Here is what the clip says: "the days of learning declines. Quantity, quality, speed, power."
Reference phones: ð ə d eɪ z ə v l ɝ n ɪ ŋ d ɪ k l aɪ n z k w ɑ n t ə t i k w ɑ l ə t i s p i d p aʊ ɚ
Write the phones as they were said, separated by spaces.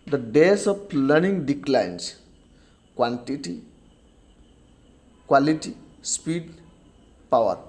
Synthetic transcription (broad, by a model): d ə d eɪ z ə p l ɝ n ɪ ŋ d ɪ k l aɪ n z k w ɑ n t ə t i k w ɑ l ə t i s p i d p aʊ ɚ